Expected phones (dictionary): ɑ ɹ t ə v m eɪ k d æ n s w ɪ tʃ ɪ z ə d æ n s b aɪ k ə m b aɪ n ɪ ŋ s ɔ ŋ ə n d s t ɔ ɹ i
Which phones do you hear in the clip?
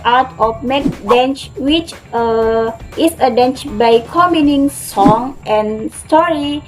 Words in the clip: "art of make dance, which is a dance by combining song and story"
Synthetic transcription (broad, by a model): ɑ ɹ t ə f m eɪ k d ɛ n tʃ w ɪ tʃ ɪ s ə d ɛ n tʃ b aɪ k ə m i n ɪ ŋ s ɔ ŋ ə n s t ɔ ɹ i